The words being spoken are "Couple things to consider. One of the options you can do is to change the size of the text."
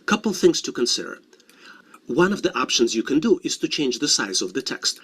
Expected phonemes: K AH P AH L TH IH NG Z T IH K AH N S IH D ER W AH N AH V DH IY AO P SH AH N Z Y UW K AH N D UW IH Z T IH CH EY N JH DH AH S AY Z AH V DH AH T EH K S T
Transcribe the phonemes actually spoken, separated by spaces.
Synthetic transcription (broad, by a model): K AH P L TH IH NG Z T IH K AH N S IH D ER W AH N AH V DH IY AO P SH AH N Z Y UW K AH N D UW IH Z T IH CH EY N JH DH AH S AY Z AH V DH AH T EH K S T